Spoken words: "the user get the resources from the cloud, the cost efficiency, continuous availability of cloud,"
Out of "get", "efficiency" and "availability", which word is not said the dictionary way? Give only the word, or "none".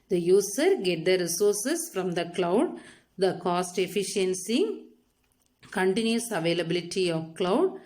none